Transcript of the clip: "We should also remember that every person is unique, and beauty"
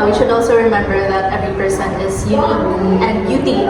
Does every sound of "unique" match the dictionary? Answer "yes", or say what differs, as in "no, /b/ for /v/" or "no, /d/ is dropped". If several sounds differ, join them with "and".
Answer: no, /n/ is dropped and /k/ is dropped